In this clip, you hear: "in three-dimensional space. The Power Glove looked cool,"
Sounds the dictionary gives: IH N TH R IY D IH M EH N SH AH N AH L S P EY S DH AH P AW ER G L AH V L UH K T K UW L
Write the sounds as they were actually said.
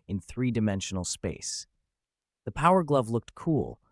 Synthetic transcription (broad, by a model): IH N TH R IY D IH M EH N SH N L S P EY S DH AH P AW ER G L AH V L UH K T K UW L